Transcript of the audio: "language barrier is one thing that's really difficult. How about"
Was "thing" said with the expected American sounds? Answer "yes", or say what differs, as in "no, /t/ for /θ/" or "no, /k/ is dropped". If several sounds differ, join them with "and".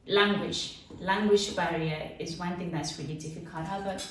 yes